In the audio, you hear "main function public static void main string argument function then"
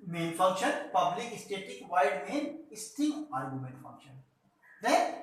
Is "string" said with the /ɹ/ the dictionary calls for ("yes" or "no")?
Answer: no